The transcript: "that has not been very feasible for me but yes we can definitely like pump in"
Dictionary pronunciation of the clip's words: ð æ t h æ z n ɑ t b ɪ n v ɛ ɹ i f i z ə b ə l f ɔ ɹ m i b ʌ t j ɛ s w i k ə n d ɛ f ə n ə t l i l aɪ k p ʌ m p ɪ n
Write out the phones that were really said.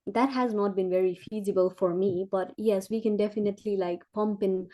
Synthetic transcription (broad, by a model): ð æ t h æ z n ɑ t b ɪ n v ɛ ɹ i f i z ə b ə l f ɔ ɹ m i b ʌ t j ɛ s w i k ə n d ɛ f ə n ə t l i l aɪ k p ʌ m p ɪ n